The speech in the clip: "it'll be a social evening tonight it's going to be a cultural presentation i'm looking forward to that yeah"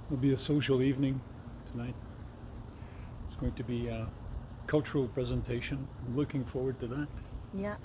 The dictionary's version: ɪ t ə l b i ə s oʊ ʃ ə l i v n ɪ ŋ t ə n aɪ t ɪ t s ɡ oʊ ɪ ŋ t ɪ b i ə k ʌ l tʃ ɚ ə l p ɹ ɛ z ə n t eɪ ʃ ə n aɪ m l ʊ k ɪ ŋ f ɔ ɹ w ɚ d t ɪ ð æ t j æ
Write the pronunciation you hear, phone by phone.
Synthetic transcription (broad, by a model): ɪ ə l b i ə s oʊ ʃ l i v n ɪ ŋ t ə n aɪ t ɪ t s ɡ oʊ ɪ ŋ t ɪ b i k ʌ l tʃ ɚ l p ɹ ɛ z ə n t eɪ ʃ ə n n l ʊ k ɪ ŋ f ɔ ɹ w ɚ d t ɪ ð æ t j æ